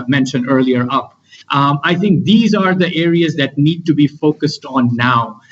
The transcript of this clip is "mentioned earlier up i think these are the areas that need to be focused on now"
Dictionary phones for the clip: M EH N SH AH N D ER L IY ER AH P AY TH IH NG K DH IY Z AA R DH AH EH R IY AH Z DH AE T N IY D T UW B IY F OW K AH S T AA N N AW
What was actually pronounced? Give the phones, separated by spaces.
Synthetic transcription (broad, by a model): M EH N SH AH N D ER L IY ER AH P AY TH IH NG K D IY Z AA R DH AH EH R IY AH Z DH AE T N IY D T UW B IY F OW K AH S T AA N N AW